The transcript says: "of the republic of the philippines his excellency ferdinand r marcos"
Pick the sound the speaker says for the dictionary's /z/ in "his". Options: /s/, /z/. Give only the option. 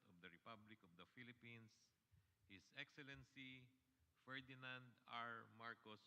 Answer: /s/